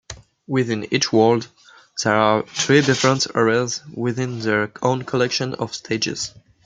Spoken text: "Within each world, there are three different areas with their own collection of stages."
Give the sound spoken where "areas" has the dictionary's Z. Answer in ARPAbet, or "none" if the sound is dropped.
Z